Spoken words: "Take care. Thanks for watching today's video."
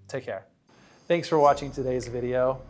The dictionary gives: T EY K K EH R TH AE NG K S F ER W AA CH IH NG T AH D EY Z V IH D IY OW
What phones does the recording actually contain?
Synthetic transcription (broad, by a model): T EY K K EH R TH AE NG K S F ER W AA CH IH NG T AH D EY Z V IH D IY OW